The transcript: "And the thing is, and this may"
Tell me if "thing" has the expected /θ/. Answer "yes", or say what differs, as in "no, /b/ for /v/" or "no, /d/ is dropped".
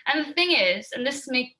yes